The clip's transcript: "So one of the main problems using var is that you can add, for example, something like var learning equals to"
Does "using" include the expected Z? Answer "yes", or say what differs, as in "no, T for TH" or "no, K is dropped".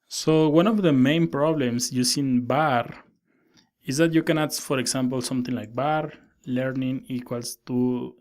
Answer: no, S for Z